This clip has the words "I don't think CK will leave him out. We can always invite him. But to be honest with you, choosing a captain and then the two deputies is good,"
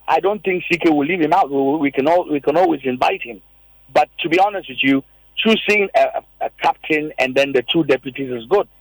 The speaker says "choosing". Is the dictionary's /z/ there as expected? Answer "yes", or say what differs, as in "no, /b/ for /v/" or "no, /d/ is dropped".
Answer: no, /s/ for /z/